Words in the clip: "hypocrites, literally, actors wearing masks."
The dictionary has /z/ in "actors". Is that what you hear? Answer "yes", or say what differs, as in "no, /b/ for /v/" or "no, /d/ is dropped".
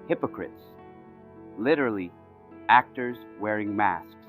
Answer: yes